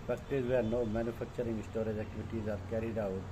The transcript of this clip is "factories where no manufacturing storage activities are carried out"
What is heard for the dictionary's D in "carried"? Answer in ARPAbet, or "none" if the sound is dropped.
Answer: D